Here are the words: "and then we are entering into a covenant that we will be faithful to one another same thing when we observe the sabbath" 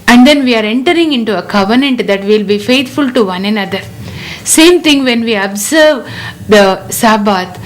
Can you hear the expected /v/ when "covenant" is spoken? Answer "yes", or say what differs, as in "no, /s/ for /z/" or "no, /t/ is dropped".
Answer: yes